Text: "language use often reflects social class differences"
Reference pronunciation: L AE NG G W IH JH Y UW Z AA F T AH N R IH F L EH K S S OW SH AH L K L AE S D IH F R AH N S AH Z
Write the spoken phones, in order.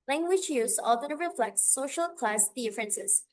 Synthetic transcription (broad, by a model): L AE NG G W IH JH Y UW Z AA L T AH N R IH F L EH K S S OW SH AH L K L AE S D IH F R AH N S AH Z